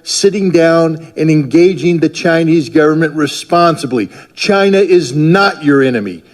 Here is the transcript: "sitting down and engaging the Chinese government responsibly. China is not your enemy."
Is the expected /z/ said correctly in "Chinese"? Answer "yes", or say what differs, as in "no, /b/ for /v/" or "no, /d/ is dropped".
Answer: yes